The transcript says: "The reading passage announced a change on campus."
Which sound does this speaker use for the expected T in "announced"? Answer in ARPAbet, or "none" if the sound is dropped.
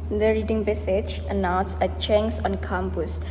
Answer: none